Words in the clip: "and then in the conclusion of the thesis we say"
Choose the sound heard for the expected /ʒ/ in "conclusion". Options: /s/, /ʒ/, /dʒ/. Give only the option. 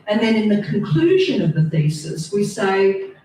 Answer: /ʒ/